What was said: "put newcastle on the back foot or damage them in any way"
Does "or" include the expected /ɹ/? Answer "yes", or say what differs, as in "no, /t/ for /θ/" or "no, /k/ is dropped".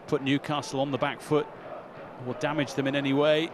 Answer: no, /l/ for /ɹ/